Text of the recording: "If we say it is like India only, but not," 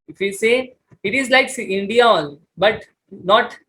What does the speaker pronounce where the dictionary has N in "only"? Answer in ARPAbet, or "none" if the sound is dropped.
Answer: none